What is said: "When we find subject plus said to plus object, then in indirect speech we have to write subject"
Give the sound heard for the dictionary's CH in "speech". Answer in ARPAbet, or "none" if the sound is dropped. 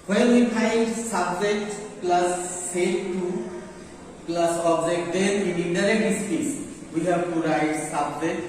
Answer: S